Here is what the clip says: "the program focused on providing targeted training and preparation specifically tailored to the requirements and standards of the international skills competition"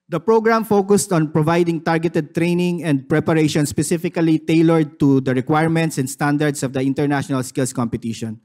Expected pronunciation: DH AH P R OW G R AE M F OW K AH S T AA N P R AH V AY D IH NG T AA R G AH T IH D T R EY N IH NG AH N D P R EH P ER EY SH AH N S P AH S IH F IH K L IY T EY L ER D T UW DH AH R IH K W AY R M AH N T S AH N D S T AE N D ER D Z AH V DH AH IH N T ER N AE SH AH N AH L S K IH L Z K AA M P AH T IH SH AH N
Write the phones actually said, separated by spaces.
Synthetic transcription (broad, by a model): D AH P R OW G R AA M F OW K AH S T AA N P R AH V AY D IH NG T AA R G AH T IH D T R EY N IH NG AH N D P R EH P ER EY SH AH N S P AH S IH F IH K L IY T EY L ER D T UW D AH R IH K W AY R M AH N T S AH N D S T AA N D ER D S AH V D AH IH N T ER N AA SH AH N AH L S K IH L S K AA M P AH T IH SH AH N